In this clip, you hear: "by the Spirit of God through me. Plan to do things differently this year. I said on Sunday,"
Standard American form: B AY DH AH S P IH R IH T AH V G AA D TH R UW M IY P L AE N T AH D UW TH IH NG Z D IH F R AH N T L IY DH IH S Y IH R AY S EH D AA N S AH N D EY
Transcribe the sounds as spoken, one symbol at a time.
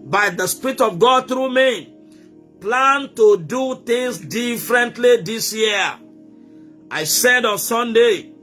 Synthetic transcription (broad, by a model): B AY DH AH S P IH R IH T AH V G AA D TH R UW M IY P L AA N T AH D UW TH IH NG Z D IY F R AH N T L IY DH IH S Y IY AY S EH D AA N S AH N D EY